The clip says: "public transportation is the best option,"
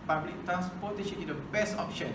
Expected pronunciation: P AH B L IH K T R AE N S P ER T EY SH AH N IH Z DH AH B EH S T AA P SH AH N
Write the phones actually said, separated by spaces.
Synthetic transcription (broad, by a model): P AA B L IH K T R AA N S P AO T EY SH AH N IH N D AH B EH S AA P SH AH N